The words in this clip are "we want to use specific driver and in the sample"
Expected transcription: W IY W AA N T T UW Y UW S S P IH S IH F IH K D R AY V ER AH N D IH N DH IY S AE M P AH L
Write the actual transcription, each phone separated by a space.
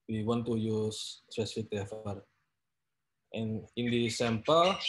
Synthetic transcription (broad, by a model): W IY W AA N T T UW Y UW S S P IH S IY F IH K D AY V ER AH N IH N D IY S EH M P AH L